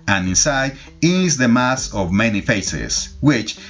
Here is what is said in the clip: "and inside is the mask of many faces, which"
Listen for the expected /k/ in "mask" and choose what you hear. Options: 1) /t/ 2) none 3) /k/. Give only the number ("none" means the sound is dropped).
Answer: 2